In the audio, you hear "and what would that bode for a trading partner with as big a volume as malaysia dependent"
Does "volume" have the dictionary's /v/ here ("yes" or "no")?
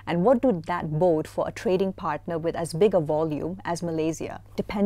yes